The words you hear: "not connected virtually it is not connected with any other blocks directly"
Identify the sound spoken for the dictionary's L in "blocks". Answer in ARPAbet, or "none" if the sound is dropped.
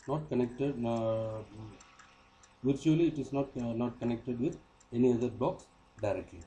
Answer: none